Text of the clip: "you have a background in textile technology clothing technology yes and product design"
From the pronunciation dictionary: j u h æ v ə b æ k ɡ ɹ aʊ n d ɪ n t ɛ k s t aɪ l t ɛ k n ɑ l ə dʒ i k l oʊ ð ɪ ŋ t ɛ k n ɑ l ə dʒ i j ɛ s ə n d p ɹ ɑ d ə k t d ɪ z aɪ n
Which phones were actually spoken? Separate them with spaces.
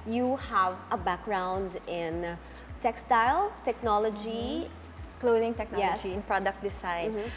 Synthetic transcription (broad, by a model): j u h æ v ə b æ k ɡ ɹ aʊ n d ɪ n t ɛ k s t aɪ l t ɛ k n ɑ l ə dʒ i k l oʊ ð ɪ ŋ t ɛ k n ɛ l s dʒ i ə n p ɹ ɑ d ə k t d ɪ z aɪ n